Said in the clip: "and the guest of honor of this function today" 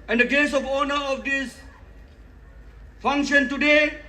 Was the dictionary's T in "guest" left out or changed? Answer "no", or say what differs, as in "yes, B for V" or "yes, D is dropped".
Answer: yes, T is dropped